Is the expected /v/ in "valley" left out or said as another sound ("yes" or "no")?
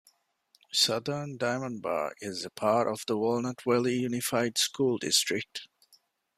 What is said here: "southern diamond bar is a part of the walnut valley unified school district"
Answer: yes